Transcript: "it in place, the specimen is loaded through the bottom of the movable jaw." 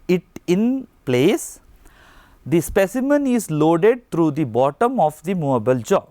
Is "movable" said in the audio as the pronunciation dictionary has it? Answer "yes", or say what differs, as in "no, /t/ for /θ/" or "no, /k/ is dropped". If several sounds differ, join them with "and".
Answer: no, /v/ is dropped